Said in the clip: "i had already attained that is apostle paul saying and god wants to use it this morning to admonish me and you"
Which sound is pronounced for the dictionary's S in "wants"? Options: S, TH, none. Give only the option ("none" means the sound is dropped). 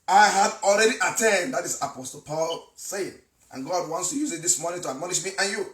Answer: S